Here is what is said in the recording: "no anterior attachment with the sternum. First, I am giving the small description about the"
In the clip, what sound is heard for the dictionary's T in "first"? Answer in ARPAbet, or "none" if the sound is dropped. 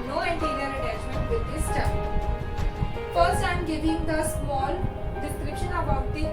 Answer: none